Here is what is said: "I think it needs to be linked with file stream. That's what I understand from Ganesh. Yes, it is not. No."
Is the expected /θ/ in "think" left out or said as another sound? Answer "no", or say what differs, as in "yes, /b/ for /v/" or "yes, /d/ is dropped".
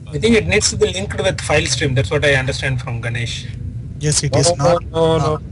yes, /t/ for /θ/